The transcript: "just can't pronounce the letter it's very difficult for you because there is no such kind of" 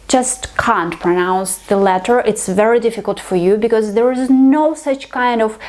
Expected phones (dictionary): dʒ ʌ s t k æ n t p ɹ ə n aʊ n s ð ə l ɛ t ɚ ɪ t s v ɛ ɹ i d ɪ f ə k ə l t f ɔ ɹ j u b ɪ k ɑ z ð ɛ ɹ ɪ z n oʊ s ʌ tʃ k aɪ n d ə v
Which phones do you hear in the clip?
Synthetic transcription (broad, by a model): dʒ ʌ s t k æ n t p ɹ ə n aʊ n s ð ə l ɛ t ɚ ɪ t s v ɛ ɹ i d ɪ f ə k ə l t f ɔ ɹ j u b ɪ k ɑ z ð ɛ ɹ ɪ z n oʊ s ʌ tʃ k aɪ n d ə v